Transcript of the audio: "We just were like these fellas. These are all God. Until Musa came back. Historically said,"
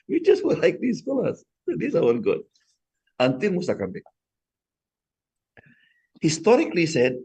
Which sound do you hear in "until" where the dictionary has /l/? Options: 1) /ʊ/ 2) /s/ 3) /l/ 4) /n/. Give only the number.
4